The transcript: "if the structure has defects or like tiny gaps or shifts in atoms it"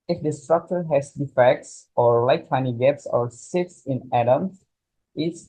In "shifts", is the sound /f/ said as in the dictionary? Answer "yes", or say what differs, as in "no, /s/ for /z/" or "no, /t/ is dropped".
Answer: no, /f/ is dropped